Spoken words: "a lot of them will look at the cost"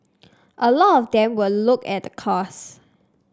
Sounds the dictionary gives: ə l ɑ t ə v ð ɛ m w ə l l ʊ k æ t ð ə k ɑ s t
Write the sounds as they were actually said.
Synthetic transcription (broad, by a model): ə l ɑ t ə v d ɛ m w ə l l ʊ k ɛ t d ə k ɑ s